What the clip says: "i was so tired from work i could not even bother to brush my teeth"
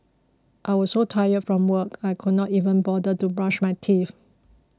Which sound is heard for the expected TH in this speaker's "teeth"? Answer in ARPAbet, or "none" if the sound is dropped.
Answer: F